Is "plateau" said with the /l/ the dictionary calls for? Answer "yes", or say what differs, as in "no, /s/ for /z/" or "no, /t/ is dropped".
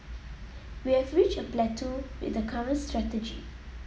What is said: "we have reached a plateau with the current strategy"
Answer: yes